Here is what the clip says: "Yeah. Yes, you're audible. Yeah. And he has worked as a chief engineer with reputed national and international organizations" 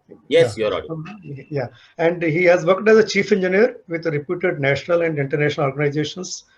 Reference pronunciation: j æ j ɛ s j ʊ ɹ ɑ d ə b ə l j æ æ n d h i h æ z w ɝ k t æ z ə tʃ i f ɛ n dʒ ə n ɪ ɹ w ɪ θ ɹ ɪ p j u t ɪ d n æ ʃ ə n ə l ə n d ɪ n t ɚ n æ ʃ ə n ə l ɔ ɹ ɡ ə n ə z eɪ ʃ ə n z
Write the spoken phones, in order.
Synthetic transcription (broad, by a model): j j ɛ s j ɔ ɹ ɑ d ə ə j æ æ n d h i h æ z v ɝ k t æ z ə tʃ i f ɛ n dʒ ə n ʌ ɹ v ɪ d ɹ ɪ p j u t ɪ d n æ ʃ ə n ə l ə n d ɪ n t ɚ n æ ʃ ə n ə l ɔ ɹ ɡ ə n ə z eɪ ʃ ə n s